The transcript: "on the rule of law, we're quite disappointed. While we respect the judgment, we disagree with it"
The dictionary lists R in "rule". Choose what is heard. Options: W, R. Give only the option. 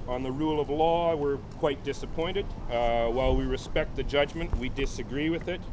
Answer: R